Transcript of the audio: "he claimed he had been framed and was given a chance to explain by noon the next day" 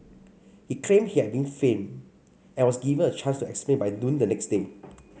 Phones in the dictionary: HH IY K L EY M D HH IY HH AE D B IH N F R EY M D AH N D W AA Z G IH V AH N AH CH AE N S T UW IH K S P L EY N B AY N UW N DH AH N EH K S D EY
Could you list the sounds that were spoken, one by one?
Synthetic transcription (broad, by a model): HH IY K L EY M HH IY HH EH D B IH N F EY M AH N W AA S G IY V AH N AH CH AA N S T UW IH K S P L EY N B AY N UW N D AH N EH K S D EY